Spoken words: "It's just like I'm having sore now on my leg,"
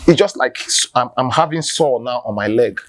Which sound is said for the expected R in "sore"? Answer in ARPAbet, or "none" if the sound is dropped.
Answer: L